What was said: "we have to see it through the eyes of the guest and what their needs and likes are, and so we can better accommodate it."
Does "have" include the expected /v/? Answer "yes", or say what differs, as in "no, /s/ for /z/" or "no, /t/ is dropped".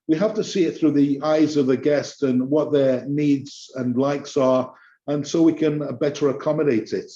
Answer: no, /f/ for /v/